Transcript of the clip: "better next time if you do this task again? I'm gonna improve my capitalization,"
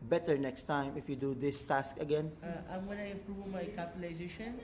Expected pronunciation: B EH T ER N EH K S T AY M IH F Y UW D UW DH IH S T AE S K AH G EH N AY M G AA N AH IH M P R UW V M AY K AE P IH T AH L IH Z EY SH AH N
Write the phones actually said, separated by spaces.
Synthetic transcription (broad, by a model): B EH T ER N EH K S T AY M IH F Y UW D UW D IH S T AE S K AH G EH N AY M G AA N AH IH P R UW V M AY K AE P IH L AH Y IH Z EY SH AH N